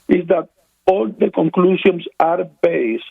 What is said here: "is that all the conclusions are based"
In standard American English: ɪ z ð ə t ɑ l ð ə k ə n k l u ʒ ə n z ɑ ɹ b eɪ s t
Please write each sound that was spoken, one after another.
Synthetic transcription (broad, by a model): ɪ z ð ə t ɑ l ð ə k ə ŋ k l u s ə n s ɑ ɹ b eɪ s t